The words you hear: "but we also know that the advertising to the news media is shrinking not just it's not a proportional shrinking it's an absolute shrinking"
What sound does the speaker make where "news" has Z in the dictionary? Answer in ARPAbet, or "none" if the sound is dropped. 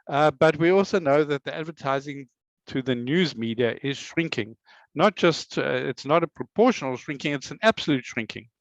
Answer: Z